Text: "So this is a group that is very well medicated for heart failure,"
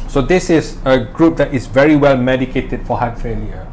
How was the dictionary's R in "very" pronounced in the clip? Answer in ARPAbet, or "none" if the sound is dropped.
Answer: R